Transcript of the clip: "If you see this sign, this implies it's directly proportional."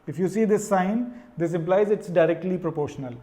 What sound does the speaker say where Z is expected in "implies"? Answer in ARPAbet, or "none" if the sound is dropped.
Z